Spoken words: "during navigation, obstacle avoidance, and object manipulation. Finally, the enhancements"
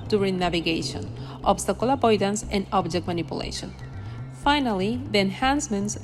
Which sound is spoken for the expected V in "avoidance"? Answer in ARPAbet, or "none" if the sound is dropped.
P